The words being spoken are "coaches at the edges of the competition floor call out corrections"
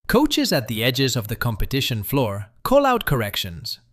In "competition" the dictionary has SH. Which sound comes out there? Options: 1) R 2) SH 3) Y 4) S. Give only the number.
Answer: 2